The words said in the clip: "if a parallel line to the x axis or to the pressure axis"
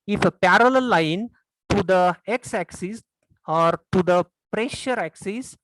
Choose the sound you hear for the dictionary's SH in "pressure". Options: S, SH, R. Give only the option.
SH